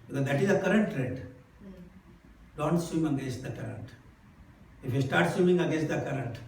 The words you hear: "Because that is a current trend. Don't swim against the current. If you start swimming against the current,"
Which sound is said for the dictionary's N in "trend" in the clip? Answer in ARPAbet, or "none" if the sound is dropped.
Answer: none